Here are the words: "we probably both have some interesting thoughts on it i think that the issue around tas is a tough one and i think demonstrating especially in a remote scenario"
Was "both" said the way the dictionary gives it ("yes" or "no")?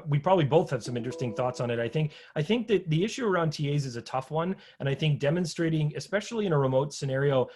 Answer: yes